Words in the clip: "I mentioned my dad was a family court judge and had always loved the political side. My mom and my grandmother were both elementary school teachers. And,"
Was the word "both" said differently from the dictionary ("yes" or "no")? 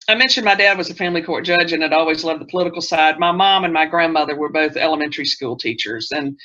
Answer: no